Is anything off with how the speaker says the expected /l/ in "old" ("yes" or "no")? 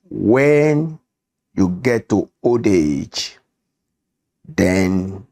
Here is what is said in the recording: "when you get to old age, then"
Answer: yes